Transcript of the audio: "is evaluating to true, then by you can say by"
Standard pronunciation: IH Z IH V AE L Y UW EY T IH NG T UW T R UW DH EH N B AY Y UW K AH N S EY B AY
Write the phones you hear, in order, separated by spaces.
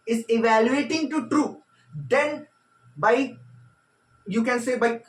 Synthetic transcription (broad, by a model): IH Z IH V AE L Y UW EY T IH NG T UW T R UW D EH N B AY Y UW K AH N S EY B AY